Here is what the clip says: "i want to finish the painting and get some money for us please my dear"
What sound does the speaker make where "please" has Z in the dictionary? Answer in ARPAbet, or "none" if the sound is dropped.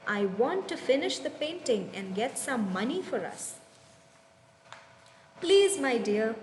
Z